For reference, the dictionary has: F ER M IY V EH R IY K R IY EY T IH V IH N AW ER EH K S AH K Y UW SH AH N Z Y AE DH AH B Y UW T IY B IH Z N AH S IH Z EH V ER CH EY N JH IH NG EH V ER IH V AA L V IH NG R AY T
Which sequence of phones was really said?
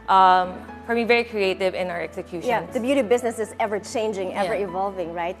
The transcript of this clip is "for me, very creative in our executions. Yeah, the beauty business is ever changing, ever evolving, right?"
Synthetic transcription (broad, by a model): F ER M IY V EH R IY K R IY EY T IH V IH N AW ER EH K S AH K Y UW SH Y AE DH AH B Y UW T IY B IH Z N AH S IH Z EH V ER CH EY N JH IH NG EH V ER IH V AA L V IH NG R AY T